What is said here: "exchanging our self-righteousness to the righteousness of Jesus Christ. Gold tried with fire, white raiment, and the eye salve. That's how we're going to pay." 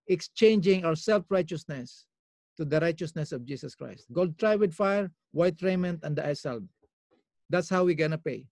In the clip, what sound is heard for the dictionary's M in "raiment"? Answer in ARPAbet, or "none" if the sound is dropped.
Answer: M